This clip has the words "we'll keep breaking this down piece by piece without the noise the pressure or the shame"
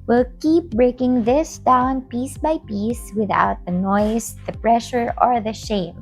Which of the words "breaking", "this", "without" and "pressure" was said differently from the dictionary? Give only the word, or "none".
none